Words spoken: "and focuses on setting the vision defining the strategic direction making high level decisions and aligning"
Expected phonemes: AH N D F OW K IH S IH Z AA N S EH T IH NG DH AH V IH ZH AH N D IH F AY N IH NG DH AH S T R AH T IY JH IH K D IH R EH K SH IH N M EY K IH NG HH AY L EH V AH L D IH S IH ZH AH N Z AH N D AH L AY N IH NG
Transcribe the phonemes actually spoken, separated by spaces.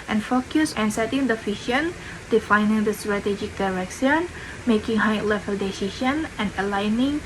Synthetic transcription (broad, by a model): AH N F OW K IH S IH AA N S EH T IH NG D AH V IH SH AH N D IH F AY N IH NG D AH S T R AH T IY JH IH K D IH R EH K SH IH N M EY K IH NG HH AY L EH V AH L D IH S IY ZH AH N AH N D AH L AY N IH NG